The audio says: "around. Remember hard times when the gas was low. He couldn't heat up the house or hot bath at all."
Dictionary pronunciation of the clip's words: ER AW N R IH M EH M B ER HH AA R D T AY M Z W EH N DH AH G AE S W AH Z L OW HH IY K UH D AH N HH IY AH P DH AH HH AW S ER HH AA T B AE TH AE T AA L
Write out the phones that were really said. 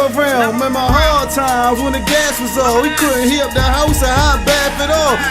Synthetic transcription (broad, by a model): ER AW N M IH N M ER HH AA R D T AY M Z W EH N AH G AE S W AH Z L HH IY K UH D N HH IY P DH AH HH AW S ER HH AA B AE F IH T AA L